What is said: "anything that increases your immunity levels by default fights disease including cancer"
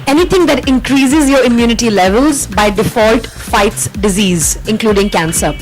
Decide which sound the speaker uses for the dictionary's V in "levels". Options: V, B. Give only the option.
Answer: V